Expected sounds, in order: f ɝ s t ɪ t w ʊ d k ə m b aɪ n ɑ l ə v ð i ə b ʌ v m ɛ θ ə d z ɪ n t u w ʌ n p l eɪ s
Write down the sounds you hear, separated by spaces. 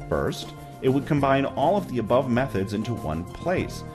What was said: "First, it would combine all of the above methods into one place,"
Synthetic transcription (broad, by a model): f ɝ s t ɪ t w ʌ d k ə m b aɪ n ɑ l ə v ð i ə b ʌ v m ɛ θ ə d z ɪ n t u w ʌ n p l eɪ s